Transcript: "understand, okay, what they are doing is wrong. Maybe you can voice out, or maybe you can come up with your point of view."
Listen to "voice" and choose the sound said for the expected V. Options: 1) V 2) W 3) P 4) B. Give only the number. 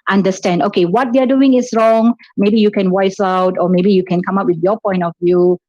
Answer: 2